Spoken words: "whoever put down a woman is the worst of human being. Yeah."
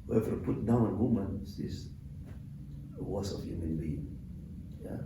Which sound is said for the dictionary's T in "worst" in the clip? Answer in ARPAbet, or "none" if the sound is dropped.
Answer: none